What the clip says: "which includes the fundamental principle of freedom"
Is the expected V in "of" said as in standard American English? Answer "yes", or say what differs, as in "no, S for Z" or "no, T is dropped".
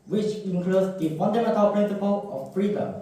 no, F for V